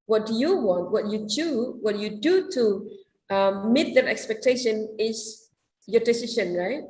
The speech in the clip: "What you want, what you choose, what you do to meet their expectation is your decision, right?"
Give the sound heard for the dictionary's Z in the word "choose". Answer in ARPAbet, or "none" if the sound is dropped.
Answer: none